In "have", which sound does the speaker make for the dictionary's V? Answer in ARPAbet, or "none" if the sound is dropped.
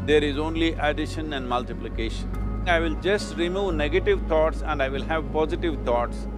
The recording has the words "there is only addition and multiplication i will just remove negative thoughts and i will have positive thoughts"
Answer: V